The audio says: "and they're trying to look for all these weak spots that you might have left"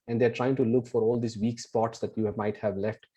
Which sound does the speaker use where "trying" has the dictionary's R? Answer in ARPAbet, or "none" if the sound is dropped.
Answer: R